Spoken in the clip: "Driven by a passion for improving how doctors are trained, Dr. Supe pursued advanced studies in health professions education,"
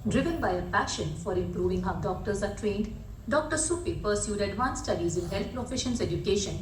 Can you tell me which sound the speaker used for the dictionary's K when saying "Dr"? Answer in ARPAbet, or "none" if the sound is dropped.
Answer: K